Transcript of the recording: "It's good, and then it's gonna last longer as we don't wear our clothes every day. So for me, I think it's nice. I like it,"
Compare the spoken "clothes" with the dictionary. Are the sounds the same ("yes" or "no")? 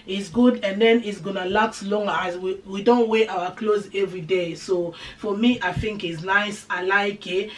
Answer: yes